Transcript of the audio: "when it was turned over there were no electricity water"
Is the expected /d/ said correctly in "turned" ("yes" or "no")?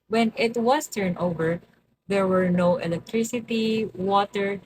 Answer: no